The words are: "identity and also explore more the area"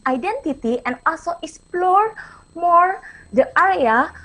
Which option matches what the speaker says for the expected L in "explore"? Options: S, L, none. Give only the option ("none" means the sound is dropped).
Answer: L